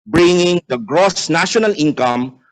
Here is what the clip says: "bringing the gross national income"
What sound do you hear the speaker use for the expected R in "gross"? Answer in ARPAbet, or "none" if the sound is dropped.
R